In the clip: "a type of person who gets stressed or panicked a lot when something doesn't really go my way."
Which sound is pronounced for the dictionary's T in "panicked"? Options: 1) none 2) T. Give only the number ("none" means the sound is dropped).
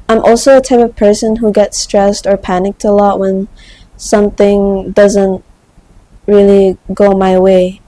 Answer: 2